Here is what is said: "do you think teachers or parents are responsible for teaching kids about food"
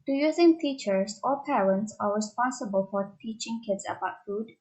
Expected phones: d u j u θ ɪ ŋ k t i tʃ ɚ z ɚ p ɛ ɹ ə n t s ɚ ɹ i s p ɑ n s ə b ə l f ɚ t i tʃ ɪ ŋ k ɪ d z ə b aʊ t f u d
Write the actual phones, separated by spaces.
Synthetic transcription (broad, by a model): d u j u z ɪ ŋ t i tʃ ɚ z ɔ p ɛ ɹ ə n t s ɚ ɹ i s p ɑ n s ə b ə l f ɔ t i tʃ ɪ ŋ k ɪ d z ə b aʊ t f u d